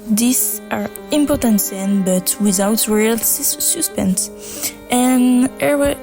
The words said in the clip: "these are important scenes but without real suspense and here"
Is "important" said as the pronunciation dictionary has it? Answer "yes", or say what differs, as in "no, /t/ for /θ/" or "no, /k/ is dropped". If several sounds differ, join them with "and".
yes